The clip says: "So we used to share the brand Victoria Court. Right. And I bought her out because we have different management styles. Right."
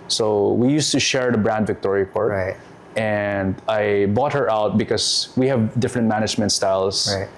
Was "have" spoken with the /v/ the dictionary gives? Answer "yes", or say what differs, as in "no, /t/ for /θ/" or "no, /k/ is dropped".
yes